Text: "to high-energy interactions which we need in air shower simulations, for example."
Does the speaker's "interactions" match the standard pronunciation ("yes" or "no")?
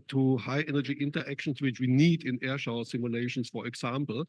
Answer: no